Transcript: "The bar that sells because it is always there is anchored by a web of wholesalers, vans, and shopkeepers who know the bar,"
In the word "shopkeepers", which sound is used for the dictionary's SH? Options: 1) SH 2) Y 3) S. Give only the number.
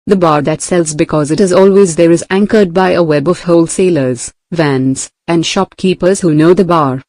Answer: 1